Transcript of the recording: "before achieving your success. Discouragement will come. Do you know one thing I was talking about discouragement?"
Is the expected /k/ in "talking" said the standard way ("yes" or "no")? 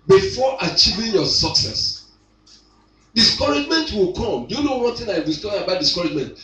no